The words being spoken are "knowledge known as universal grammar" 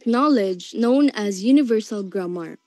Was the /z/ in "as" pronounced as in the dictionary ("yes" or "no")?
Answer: yes